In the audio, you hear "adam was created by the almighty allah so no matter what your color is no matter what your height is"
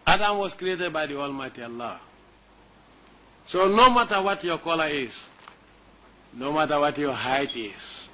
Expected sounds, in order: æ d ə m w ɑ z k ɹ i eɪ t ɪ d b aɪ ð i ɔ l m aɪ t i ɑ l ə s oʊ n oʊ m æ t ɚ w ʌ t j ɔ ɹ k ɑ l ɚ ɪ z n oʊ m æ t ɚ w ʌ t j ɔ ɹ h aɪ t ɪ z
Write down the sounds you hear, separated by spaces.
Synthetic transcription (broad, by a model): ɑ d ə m w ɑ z k ɹ i eɪ t ɪ d b aɪ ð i ɔ l m aɪ t i ɑ l ə s oʊ n oʊ m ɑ t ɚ w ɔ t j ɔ k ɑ l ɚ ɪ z n oʊ m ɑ t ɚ w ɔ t j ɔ h aɪ t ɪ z